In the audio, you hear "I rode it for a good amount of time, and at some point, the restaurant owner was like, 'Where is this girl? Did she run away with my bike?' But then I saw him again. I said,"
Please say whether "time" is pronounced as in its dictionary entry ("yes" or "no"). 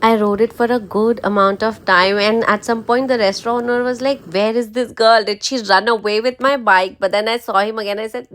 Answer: yes